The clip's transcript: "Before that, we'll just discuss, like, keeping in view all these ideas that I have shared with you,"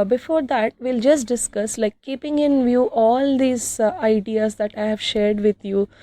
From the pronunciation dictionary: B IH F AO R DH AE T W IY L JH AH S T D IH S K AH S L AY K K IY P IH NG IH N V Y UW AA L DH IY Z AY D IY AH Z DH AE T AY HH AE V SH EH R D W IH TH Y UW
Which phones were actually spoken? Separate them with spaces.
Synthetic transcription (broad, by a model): B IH F AO R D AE T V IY L JH AH S T D IH S K AH S L AY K K IY P IH NG IH N V Y UW AA L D IY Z AY D IY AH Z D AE T AY HH AE V SH EH R D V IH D Y UW